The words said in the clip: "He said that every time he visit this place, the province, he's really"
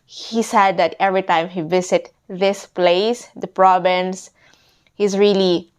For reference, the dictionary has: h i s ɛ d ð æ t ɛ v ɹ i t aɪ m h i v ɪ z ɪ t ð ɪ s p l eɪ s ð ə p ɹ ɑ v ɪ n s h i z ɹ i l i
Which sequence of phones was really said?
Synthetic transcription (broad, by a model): h i s ɛ d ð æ t ɛ v ɹ i t aɪ m h i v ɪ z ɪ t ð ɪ s p l eɪ s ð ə p ɹ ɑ b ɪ n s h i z ɹ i l i